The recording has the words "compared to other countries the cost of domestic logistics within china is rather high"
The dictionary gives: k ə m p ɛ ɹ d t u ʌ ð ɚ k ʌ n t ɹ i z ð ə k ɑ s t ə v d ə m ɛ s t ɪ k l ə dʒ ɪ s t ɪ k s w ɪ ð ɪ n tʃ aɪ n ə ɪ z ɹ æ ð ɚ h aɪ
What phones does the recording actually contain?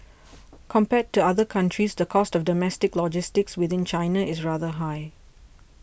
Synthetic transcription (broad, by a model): k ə m p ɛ t u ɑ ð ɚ k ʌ n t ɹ i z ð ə k ɑ s t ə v d ə m ɛ s t ɪ k l ə dʒ ɪ s t ɪ k s w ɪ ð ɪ n tʃ aɪ n ə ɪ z ɹ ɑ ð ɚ h aɪ